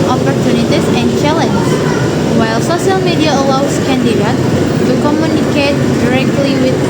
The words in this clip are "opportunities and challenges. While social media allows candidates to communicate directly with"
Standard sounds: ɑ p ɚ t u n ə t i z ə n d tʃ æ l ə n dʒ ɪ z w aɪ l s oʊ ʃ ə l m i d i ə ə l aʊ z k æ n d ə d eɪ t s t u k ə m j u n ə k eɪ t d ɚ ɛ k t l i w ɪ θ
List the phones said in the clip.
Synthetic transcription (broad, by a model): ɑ p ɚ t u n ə t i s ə n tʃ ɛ l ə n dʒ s w aɪ l s oʊ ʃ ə l m i d i ə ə l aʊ s k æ n d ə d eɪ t t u k ə m j u n ə k eɪ t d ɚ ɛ k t l i w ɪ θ